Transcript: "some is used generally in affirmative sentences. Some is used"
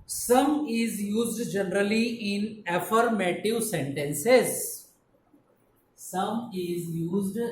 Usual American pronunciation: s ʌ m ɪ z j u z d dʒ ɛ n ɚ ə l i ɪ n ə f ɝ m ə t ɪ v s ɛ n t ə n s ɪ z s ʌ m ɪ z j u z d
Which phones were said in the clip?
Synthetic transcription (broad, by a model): s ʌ m ɪ z j u z d dʒ ɛ n ɚ ə l i ɪ n ə f ɝ m ə t ɪ v s ɛ n t ə n s ɪ z s ʌ m ɪ z j u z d